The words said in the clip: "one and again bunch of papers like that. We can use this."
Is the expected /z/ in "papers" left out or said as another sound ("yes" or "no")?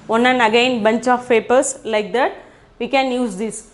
yes